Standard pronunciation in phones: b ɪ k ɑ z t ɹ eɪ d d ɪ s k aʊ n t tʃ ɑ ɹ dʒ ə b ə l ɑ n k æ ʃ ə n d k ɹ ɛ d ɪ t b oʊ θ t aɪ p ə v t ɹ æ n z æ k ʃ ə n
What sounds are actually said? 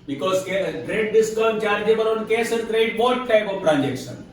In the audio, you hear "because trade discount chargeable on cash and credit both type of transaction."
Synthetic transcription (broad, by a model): b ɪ k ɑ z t ɹ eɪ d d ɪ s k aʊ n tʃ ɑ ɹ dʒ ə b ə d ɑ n k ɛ s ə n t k ɹ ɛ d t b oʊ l t aɪ p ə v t ɹ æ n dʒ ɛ k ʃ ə n